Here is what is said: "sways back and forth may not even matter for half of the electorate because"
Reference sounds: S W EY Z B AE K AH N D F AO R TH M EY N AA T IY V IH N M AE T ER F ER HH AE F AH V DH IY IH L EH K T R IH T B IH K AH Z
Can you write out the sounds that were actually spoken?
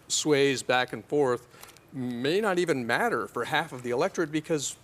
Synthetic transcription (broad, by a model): S W EY Z B AE K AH N F AO R TH M EY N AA T IY V IH N M AE T ER F ER HH AE F AH V DH IY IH L EH K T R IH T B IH K AH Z